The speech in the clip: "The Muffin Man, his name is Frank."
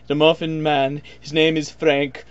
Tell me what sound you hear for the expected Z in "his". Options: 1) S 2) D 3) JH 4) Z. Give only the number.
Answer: 4